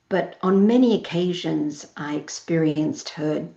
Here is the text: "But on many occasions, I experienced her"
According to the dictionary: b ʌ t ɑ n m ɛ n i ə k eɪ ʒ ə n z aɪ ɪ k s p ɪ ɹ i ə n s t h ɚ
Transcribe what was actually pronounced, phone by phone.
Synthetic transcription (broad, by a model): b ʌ t n m ɛ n i ə k eɪ ʒ ə n z aɪ ɪ k s p ɪ ɹ i ə n s t h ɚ